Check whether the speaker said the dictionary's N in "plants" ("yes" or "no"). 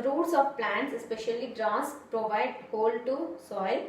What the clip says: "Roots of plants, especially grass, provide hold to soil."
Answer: yes